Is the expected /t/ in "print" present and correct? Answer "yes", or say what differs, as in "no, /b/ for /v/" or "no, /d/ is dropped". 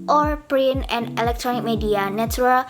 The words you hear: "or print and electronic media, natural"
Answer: no, /t/ is dropped